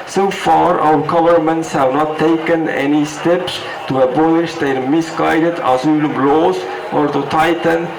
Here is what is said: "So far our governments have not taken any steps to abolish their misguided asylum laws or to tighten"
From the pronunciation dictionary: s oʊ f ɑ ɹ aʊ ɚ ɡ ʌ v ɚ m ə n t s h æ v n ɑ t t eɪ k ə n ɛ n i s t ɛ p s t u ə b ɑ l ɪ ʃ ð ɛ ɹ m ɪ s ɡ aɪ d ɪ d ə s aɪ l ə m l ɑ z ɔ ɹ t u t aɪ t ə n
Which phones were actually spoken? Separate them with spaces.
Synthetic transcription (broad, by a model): s oʊ f ɑ ɹ aʊ ɚ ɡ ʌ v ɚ m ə n t s h æ v n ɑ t t eɪ k ə n ɛ n i s t ɛ p s t u ə b ɑ l ɪ ʃ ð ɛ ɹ m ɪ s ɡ aɪ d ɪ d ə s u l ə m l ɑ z ɔ ɹ t u t aɪ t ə n